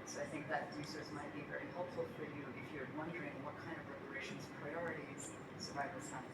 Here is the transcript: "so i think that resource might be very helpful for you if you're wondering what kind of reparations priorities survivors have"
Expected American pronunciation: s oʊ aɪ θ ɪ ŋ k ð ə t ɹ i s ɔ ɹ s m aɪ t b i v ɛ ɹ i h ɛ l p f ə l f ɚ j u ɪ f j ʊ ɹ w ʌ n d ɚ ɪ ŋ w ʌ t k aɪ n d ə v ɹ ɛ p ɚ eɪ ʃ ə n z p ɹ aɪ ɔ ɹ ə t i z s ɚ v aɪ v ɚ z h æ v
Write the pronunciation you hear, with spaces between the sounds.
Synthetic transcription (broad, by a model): s oʊ aɪ θ ɪ ŋ k ð ə t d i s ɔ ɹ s m aɪ t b i v ɛ ɹ i h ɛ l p f l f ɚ j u ɪ f j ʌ ɹ w ʌ n d ɚ ɪ ŋ w ʌ t k aɪ n d ə v ɹ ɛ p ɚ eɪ ʃ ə n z p ɹ aɪ ɔ ɹ ə t i z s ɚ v aɪ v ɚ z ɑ